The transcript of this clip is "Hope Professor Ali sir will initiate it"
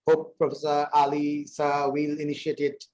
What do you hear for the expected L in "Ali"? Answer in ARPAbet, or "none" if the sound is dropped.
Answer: L